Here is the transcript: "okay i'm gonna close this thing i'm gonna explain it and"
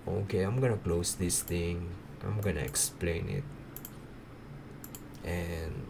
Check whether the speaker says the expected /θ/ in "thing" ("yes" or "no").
no